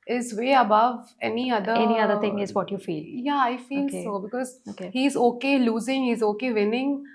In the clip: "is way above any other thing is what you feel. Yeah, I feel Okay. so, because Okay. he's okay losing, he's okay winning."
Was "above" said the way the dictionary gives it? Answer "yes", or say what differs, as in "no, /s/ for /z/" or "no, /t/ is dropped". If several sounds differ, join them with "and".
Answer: yes